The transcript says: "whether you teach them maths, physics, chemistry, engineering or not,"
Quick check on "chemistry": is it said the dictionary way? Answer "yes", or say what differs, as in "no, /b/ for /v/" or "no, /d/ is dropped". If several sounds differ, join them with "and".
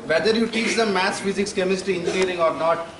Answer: no, /ɹ/ is dropped